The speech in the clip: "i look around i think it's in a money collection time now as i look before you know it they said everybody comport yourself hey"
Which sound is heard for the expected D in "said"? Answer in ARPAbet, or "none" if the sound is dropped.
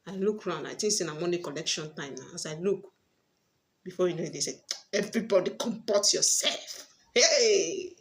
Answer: none